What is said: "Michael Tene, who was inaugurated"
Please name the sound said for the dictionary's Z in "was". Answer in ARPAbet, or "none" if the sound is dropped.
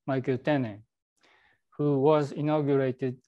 Z